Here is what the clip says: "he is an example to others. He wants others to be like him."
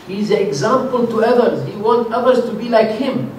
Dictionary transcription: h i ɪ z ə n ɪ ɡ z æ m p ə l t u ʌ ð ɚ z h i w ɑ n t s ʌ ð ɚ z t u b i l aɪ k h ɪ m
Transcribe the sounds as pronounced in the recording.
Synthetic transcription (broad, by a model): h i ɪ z ə n ɪ ɡ z æ m p ə l t u ʌ ð ɚ z h i w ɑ n t ʌ ð ɚ z t u b i l aɪ k h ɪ m